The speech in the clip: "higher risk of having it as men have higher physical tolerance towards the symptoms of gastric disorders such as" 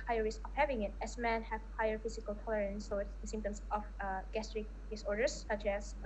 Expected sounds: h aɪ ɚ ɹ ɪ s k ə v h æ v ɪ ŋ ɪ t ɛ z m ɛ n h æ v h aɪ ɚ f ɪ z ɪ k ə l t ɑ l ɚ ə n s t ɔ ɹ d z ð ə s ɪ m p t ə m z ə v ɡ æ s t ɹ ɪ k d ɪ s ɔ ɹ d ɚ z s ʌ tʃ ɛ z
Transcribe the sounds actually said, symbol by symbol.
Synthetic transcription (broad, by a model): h aɪ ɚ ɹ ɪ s ə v h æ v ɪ ŋ ɪ t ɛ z m ɛ n h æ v h aɪ ɚ f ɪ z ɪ k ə l t ɑ l ɚ ə n s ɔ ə s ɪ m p t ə m s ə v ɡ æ s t ɹ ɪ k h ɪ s ɔ ɹ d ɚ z s ʌ tʃ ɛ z